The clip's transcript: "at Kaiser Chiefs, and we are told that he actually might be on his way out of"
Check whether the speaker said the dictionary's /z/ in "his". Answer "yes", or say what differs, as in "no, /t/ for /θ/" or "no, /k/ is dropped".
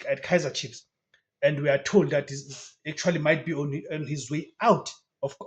yes